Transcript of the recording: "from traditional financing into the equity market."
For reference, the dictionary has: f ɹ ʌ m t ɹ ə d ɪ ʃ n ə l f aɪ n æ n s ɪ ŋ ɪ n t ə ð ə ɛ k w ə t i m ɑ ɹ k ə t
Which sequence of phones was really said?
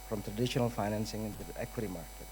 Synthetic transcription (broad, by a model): f ɹ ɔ m t ɹ ə d ɪ ʃ n ə l f aɪ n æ n s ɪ ŋ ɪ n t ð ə ɛ k w ə t i m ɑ ɹ k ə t